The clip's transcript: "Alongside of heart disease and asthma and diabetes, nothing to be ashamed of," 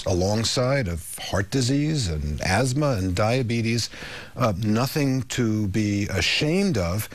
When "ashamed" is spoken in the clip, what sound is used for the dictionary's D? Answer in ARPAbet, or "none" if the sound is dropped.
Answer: D